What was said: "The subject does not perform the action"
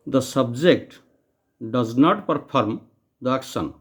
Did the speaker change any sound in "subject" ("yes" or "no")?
no